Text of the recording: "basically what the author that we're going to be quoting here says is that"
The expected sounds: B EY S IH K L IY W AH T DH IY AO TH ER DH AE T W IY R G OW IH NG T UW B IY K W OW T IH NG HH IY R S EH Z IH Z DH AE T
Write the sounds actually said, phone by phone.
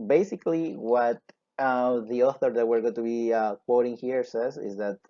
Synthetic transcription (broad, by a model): B EY S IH K L IY W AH T DH IY AO TH ER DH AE T W IY R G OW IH T UW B IY K W OW T IH NG HH IY R S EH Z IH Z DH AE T